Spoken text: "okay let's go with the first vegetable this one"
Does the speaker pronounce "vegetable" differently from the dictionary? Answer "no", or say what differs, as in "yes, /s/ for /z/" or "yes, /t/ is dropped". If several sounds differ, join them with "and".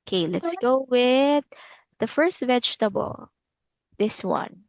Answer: no